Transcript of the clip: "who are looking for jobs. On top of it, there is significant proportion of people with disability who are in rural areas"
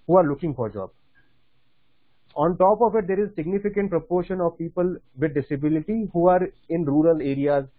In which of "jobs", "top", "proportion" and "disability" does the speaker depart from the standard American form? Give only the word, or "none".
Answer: jobs